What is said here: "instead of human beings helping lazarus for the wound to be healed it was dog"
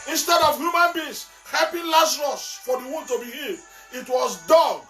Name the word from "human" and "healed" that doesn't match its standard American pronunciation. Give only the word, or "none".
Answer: healed